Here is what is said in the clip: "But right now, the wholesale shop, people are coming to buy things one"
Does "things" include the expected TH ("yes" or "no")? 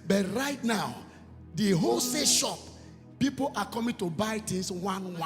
no